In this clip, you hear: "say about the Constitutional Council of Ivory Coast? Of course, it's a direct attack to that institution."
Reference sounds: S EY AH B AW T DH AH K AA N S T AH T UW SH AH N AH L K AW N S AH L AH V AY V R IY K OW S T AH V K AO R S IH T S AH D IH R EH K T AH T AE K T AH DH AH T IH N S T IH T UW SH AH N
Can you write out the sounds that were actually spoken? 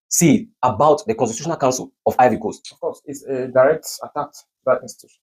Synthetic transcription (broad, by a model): S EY AH B AW T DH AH K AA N S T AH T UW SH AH N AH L K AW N S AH L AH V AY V IY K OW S AH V K AO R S IH T S AH D IH R EH K T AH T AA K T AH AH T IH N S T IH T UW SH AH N